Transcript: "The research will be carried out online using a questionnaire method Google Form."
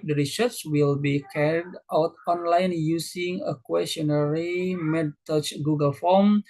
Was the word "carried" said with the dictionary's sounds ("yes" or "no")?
yes